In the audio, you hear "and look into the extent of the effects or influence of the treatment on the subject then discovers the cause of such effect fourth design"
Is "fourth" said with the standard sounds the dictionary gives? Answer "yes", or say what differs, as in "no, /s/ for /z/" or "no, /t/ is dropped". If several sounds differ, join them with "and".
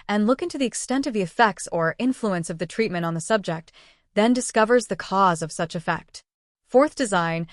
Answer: yes